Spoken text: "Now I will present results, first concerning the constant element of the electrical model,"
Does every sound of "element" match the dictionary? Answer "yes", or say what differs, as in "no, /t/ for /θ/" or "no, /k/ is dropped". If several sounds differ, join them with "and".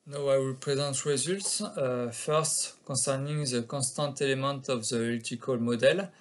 no, /n/ is dropped